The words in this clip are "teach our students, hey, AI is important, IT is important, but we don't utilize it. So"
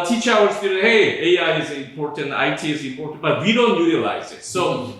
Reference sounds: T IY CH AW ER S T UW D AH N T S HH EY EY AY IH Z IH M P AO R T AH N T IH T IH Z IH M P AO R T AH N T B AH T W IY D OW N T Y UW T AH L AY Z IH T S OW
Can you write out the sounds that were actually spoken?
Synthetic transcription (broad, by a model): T IY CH AW ER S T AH T HH EY EY AY IH Z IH M P AO R T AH N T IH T IH Z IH M P AO R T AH N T B AH T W IY D OW N T Y UW T AH L AY Z IH T S OW